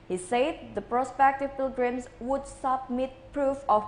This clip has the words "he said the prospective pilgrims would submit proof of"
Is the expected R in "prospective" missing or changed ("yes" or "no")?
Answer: no